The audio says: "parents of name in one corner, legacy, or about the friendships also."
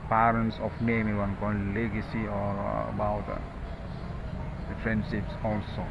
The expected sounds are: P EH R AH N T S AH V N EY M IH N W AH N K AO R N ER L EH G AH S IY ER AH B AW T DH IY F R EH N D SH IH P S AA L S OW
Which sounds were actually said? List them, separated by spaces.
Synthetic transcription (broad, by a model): P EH R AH N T S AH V N EY M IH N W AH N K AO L L EH G AH S IY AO AH B AW T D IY F R EH N D SH IH P S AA L S OW